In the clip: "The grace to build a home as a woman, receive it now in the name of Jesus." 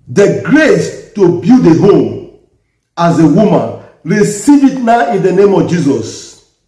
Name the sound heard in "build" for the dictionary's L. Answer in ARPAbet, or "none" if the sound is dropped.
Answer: none